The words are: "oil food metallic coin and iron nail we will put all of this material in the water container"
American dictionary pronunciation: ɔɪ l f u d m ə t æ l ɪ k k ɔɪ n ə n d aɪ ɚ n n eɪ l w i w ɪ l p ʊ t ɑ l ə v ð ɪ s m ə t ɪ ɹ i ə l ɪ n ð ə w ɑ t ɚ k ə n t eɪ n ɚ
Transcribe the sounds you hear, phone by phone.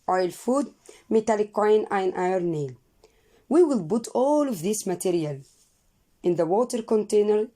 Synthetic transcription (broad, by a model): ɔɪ l f u d m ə t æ l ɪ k k ɔɪ n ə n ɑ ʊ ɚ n n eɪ l w i w ɪ l b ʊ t ɑ l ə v ð ɪ s m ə t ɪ ɹ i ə l ɪ n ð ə w ɑ t ɚ k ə n t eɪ n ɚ